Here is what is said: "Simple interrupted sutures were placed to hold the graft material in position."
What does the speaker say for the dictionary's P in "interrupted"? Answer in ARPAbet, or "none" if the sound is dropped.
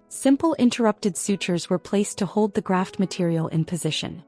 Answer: P